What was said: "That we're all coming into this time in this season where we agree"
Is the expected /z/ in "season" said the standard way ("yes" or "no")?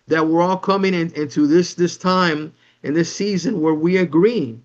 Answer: yes